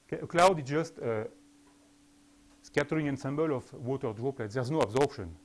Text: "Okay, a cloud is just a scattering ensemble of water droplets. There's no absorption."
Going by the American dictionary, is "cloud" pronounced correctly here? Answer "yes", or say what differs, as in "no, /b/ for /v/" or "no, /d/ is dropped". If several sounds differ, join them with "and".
yes